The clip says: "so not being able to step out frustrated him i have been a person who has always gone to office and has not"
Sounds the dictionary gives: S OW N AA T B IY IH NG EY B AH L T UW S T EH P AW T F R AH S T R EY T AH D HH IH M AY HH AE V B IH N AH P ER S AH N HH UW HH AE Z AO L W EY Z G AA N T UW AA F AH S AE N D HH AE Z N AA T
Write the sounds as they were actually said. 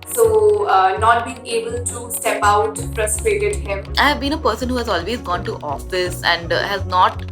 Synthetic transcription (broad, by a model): S OW N AA T B IY IH NG EY B AH L T UW S T EH P AW T P R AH S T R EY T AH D HH IH M AY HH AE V B IH N AH P ER S AH N HH UW HH AE Z AO L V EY Z G AA N T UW AA F AH S AE N D HH AE Z N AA T